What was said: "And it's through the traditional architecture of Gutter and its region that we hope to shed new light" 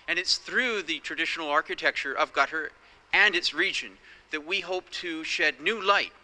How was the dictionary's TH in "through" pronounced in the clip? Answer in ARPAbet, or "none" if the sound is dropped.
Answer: TH